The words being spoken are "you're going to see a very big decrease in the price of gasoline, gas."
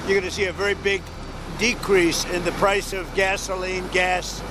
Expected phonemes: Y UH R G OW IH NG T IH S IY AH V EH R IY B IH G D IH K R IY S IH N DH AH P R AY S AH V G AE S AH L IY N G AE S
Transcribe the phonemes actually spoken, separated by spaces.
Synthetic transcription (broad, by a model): Y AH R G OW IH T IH S IY AH V EH R IY B IH G D IH K R IY S IH N DH AH P R AY S AH V G AE S AH L IY N G AE S